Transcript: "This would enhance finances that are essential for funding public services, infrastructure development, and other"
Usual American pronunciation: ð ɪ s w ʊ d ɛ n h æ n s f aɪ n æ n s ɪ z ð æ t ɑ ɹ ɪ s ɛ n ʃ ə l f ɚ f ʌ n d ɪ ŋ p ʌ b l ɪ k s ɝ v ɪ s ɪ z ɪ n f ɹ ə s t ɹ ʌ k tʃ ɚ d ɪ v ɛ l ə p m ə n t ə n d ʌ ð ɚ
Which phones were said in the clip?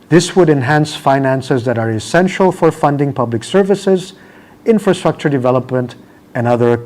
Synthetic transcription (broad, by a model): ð ɪ s w ʊ d ɛ n h æ n s f aɪ n æ n s ɪ z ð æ t ɑ ɹ ɪ s ɛ n ʃ ə l f ɚ f ʌ n d ɪ ŋ p ʌ b l ɪ k s ɝ v ɪ s ɪ z ɪ n f ɹ ə s t ɹ ʌ k tʃ ɚ d ɪ v ɛ l ə p m ə n t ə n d ʌ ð ɚ